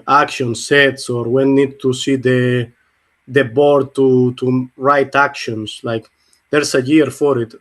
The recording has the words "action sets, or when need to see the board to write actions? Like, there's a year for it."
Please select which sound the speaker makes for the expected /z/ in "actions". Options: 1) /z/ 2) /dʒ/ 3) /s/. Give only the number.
3